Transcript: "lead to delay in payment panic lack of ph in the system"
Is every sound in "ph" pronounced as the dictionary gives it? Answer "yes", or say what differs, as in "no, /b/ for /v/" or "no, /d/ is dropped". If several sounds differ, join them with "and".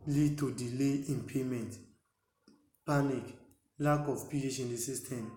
no, /ʃ/ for /tʃ/